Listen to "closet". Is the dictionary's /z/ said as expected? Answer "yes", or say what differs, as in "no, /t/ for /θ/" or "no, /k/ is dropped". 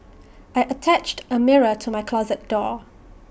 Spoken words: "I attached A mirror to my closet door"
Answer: yes